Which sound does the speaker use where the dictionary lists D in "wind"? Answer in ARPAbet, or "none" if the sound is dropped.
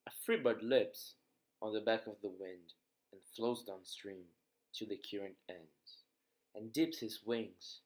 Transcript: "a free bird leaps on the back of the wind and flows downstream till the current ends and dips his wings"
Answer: D